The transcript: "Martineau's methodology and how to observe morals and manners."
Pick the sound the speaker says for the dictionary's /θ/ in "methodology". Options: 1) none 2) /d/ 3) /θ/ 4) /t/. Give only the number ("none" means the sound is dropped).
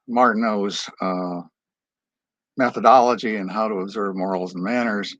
3